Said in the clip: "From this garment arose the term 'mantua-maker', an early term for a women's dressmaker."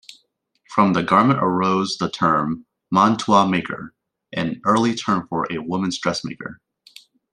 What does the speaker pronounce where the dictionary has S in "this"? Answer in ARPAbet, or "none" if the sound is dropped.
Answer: none